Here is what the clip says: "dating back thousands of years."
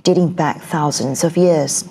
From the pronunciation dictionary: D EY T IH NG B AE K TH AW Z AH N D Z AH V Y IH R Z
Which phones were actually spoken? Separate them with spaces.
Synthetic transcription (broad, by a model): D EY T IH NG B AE K TH AW Z AH N D Z AH V Y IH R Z